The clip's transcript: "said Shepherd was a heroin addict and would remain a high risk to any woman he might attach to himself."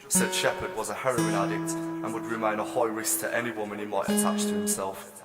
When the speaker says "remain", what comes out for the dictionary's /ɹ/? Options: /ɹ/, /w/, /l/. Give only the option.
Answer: /ɹ/